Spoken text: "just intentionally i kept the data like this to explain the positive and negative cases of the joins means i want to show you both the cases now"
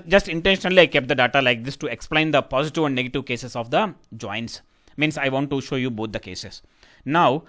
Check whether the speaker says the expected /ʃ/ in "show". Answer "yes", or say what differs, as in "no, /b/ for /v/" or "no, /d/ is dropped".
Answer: yes